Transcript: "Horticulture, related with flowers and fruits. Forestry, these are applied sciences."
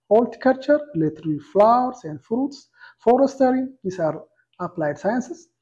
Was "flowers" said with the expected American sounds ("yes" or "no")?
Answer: no